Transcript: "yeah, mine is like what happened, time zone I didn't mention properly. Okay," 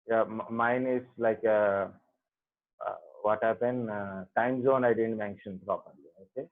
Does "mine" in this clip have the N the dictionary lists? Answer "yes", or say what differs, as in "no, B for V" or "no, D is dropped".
yes